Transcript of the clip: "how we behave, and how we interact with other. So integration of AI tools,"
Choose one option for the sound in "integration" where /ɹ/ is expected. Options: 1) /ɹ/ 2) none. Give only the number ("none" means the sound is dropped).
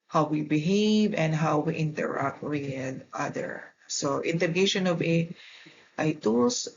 2